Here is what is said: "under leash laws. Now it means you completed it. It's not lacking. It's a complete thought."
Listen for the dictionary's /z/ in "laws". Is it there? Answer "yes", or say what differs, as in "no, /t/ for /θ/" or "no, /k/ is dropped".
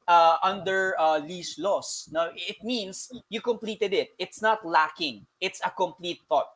no, /s/ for /z/